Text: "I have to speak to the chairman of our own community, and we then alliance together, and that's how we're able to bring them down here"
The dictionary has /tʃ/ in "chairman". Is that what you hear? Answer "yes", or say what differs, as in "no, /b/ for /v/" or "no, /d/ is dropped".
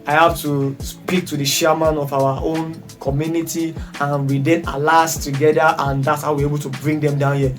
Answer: no, /ʃ/ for /tʃ/